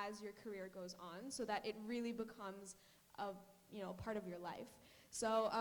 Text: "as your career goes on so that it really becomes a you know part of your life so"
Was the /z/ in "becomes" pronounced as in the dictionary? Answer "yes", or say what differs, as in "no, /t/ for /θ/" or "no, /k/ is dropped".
yes